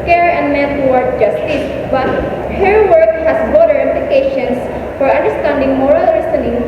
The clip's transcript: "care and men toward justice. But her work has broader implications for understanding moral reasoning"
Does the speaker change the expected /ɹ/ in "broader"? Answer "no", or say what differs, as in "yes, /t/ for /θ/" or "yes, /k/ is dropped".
yes, /ɹ/ is dropped